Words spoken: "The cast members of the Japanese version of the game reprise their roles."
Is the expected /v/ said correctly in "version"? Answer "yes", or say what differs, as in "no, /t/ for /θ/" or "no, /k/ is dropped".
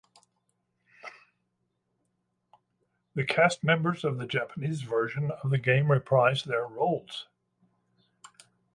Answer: yes